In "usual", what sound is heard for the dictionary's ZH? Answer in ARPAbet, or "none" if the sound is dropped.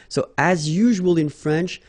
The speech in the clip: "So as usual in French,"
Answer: ZH